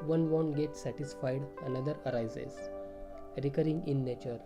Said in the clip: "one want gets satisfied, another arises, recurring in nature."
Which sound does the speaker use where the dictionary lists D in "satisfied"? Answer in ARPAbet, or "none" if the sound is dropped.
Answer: D